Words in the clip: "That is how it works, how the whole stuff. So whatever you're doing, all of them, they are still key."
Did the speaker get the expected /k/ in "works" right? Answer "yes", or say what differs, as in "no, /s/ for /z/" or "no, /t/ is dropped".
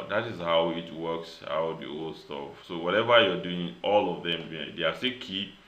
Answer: yes